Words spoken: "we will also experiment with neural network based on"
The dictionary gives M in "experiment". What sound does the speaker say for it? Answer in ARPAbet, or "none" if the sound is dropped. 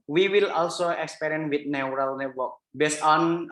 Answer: none